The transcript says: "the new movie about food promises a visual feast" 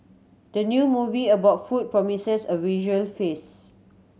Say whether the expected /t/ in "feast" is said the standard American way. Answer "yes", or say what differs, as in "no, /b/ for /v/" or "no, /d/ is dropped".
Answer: no, /t/ is dropped